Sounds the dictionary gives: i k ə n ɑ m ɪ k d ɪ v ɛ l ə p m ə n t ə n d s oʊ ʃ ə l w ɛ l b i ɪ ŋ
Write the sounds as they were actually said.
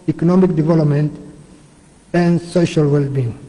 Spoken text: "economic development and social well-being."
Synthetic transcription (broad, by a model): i k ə n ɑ m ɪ k d ɪ v ɛ l ə p m ə n t ə n d s oʊ ʃ ə l w ɛ l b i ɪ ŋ